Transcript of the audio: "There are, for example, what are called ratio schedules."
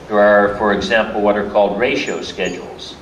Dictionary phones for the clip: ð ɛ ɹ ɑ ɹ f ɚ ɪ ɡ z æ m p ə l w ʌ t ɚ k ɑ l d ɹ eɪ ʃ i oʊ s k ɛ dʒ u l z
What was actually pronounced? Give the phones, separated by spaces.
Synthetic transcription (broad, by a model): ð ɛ ɹ ɑ ɹ f ɚ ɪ ɡ z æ m p l w ʌ t ɚ k ɑ l d ɹ eɪ ʃ i oʊ s k ɛ dʒ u l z